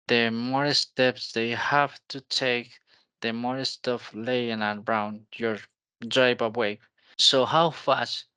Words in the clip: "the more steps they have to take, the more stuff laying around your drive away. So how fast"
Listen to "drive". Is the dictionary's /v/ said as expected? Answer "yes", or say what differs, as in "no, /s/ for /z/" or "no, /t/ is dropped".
no, /b/ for /v/